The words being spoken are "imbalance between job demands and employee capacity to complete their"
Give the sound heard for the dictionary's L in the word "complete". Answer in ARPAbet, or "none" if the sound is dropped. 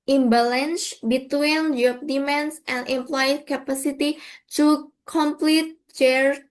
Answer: L